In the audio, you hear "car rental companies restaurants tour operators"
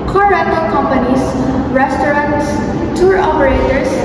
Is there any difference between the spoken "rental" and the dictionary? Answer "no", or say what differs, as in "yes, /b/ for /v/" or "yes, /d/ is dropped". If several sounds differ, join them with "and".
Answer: yes, /n/ is dropped